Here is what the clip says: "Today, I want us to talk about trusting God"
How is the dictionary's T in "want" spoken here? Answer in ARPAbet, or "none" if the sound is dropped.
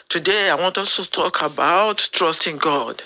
T